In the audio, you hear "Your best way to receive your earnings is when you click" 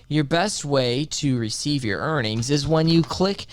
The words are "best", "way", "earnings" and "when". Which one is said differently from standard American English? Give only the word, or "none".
none